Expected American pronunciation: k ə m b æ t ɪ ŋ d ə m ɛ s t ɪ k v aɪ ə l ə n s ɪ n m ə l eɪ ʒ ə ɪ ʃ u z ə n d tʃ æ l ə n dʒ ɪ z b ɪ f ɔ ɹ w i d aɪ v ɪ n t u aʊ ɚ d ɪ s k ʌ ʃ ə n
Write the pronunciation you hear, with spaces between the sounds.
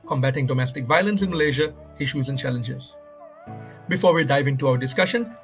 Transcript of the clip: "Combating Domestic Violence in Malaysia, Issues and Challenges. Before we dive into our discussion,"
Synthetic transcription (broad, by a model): k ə m b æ t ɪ ŋ d ə m ɛ s t ɪ k v aɪ ə l ə n s ɪ n m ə l eɪ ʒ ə ɪ ʃ u z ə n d tʃ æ l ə n dʒ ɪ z b ɪ f ɔ ɹ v i d aɪ v ɪ n t u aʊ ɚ d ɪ s k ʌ ʃ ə n